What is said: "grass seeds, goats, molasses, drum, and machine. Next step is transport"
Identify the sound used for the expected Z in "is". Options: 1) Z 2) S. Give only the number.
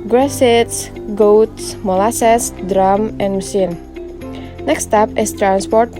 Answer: 2